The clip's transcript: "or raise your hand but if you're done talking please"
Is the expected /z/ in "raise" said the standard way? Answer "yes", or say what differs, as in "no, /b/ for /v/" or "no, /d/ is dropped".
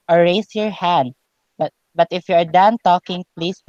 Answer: no, /s/ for /z/